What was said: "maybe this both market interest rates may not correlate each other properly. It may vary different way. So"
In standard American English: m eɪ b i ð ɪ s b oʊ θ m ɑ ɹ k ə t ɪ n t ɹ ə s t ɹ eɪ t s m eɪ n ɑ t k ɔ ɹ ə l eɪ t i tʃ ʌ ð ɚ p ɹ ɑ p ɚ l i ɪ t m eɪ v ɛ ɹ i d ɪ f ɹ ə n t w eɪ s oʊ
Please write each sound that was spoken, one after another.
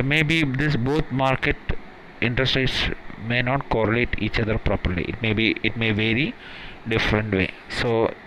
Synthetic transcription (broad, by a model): m eɪ b i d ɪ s b oʊ t m ɑ ɹ k ə t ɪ n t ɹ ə s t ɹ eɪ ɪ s m eɪ n ɑ t k ɔ ɹ ə l eɪ t i tʃ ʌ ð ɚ p ɹ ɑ p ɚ l i ɪ t m eɪ v ɛ ɹ i d ɪ f ɹ ə n t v eɪ s oʊ